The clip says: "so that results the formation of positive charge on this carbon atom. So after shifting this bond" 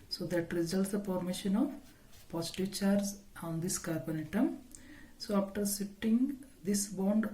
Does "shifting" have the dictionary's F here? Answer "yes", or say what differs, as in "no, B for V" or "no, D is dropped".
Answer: no, F is dropped